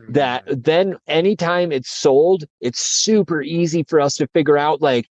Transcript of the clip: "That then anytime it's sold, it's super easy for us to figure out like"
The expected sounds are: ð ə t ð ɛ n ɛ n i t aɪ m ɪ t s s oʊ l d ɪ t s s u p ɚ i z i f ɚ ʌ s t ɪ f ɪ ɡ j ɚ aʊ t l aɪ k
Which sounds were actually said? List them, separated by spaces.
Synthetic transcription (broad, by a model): ð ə t ð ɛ n ɛ n i t aɪ m ɪ t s s oʊ l d ɪ t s s u p ɚ i z i f ɚ ʌ s t ɪ f ɪ ɡ j ɚ aʊ t l aɪ k